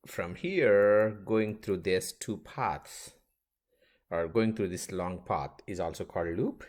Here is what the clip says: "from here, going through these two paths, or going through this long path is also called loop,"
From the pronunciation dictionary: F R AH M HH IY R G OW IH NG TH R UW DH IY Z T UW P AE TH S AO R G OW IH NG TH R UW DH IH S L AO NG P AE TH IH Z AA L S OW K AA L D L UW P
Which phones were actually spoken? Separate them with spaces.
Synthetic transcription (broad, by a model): F R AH M HH IY R G OW IH NG T R UW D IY S T UW P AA T S AO R G OW IH NG T R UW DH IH S L AO NG P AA T IH Z AA L S OW K AA L D L UW P